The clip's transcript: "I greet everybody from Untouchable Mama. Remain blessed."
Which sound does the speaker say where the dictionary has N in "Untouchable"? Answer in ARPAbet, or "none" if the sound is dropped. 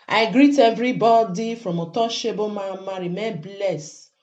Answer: none